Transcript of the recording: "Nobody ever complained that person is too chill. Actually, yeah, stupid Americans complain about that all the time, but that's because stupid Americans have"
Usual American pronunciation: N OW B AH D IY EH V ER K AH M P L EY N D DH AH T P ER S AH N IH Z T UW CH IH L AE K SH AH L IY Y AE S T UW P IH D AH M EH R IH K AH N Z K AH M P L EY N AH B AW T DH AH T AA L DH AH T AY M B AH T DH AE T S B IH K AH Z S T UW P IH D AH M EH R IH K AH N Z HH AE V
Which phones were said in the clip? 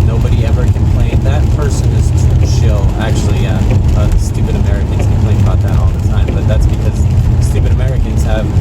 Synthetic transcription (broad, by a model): N OW B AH D IY EH V ER K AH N P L EY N DH AH T P ER S AH N IH Z T UW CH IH L AE K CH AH L IY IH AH S T UW P IH D AH M EH R IH K AH N Z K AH P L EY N AH B AW T DH AH T AA L DH AH T AY M B AH T DH AE T S B IH K AH Z S T UW P IH D AH M EH R IH K AH N Z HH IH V